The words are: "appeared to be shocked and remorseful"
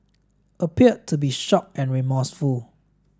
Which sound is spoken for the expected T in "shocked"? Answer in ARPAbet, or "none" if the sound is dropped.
none